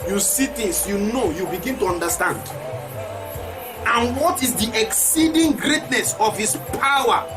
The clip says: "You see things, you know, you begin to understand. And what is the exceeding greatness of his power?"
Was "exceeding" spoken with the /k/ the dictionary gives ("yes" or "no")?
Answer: yes